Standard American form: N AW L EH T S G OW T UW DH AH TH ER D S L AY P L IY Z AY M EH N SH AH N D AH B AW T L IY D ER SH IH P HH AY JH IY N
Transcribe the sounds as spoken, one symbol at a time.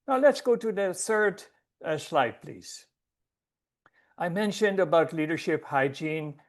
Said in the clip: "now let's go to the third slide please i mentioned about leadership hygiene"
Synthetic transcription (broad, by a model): N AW L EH T S G OW T UW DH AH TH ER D S L AY P L IY Z AY M EH N SH AH N D AH B AW T L IY D ER SH IH P HH AY JH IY N